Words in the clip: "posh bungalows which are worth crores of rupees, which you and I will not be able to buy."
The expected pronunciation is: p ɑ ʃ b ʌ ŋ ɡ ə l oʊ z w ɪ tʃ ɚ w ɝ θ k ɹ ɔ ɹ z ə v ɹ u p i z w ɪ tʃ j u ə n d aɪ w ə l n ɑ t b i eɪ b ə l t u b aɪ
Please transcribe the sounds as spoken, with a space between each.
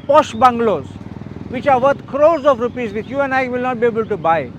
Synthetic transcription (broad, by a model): p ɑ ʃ b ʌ ŋ ɡ l oʊ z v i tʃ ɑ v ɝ t k ɹ ɔ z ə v ɹ u p i z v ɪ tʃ j u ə n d aɪ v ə l n ɑ t b i eɪ b ə l t u b aɪ